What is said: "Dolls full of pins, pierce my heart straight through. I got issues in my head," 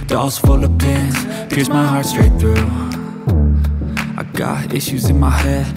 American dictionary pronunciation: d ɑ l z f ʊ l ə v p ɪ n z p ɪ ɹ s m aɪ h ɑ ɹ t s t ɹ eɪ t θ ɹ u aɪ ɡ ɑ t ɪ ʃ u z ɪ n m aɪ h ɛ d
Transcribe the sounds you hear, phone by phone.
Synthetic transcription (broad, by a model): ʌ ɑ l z f ʊ l ə v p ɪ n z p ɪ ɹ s m aɪ h ɑ ɹ t s t ɹ eɪ t θ ɹ u aɪ ɡ ɑ t ɪ ʃ u z ɪ n m aɪ h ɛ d